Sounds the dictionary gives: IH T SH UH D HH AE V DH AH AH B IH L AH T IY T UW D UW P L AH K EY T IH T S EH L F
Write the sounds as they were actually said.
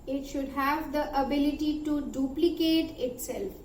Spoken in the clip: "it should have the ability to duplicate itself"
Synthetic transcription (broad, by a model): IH T SH UH D HH AE V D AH AH B IH L AH T IY T UW D UW P L AH K EY T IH T S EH L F